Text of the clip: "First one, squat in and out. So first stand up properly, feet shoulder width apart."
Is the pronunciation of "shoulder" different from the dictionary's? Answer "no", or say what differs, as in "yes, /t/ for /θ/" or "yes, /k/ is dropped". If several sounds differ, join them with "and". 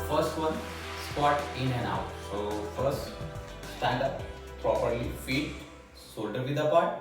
yes, /s/ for /ʃ/